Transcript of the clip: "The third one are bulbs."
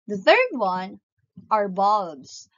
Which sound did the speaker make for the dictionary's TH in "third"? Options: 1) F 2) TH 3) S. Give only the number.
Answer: 2